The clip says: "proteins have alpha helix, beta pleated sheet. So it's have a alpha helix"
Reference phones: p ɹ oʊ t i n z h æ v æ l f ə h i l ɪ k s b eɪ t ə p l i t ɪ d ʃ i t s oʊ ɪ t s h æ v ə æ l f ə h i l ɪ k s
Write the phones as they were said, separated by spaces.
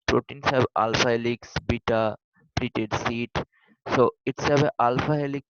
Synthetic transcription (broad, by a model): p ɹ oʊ t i n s h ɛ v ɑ l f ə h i l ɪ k s b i t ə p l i t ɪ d s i t s oʊ ɪ t s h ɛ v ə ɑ l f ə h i l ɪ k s